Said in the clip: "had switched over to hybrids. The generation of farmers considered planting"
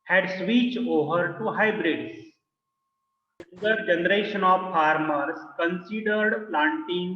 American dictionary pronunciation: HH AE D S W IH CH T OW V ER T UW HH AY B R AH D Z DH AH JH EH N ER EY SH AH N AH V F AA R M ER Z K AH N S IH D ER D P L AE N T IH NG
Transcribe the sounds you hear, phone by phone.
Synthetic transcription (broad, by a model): HH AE D S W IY CH OW V ER T UW HH AY B R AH D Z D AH JH EH N ER EY SH AH N AH V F AA R M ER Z K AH N S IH D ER D P L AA N T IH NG